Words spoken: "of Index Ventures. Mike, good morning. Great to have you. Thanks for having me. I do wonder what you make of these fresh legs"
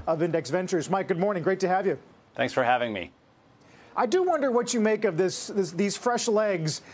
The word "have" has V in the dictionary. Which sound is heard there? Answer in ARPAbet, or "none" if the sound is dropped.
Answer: V